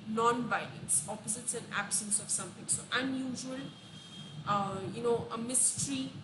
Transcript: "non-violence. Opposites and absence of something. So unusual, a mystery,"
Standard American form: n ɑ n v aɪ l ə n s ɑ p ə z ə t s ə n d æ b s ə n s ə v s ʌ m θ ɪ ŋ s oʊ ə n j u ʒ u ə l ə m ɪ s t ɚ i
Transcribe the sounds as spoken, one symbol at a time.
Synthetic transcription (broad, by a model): n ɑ n b aɪ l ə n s ɑ p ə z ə t s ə n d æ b s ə n s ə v s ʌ m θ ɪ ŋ s oʊ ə n j u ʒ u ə l ə m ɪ s t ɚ i